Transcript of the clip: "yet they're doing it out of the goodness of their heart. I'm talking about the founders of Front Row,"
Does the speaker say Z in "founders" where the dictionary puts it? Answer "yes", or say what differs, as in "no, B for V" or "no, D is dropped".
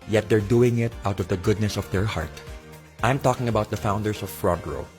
no, S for Z